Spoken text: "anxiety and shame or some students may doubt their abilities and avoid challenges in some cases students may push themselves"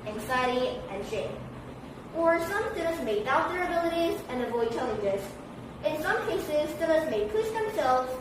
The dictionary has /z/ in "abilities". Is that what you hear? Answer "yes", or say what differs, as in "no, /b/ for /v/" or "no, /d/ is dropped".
yes